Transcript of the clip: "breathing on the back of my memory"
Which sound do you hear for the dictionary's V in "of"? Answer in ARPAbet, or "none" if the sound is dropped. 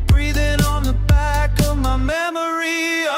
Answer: V